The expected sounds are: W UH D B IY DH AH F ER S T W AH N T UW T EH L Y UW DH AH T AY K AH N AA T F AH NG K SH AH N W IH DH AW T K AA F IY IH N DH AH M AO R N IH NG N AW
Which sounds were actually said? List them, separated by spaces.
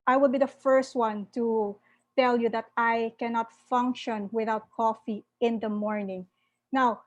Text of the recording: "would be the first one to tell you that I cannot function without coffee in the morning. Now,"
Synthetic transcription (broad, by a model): W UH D B IY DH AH F ER S T W AH N T UW T EH L Y UW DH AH T AY K AH N AA T F AH NG K SH AH N W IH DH AW T K AA F IY IH N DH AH M AO R N IH NG N AW